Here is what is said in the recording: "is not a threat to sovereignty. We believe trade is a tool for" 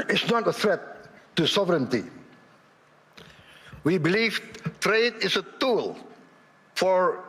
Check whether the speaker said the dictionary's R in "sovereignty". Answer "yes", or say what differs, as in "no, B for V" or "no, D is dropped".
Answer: yes